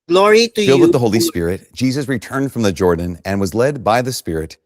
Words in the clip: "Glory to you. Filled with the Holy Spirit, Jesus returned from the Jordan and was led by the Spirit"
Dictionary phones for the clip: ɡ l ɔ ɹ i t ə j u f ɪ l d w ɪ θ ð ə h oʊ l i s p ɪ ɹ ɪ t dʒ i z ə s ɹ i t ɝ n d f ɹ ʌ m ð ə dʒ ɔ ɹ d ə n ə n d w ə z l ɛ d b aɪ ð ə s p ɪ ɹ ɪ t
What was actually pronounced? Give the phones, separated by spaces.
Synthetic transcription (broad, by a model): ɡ l ɔ ɹ i t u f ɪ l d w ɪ ð ə h oʊ l i s p ɪ ɹ ɪ t dʒ i z ə s ɹ i t ɝ n d f ɹ ʌ m ð ə dʒ ɔ ɹ d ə n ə n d w ə z l ɛ d b aɪ ð ə s p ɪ ɹ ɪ t